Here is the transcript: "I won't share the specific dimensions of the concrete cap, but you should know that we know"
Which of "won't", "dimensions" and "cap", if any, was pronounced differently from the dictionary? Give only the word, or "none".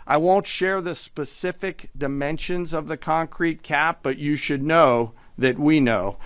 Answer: none